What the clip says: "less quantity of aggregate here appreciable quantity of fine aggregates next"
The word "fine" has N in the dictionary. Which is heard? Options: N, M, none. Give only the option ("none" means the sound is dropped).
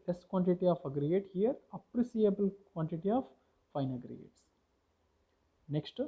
N